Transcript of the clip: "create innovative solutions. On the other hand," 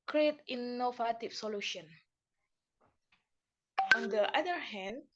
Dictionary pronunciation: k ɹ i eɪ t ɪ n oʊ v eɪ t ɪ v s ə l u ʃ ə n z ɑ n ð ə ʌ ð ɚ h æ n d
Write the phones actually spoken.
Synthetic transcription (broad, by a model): k ɹ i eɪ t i n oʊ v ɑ t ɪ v s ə l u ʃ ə n ɑ n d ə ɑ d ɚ h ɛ n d